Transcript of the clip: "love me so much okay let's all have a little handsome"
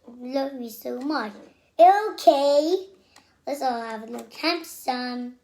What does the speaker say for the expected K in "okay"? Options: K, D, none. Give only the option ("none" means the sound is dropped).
K